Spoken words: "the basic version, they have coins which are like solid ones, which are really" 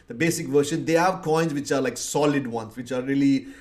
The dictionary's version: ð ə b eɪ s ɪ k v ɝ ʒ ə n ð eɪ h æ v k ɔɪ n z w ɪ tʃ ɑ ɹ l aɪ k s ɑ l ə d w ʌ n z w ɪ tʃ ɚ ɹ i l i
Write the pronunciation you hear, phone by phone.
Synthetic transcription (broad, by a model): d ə b eɪ s ɪ k v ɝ ʃ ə n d eɪ h æ v k ɔɪ n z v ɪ tʃ ɑ ɹ l aɪ k s ɑ l ə d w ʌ n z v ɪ tʃ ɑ ɹ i l i